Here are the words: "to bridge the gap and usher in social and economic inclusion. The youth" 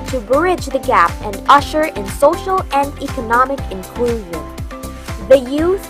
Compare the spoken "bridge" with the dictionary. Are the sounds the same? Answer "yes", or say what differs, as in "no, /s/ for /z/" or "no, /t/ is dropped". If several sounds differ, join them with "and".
yes